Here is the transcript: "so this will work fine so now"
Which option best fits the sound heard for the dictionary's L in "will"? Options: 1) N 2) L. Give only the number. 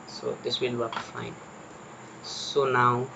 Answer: 1